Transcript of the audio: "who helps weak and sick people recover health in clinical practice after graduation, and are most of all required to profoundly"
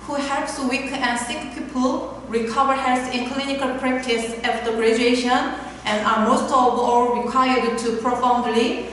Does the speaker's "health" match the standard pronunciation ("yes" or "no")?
no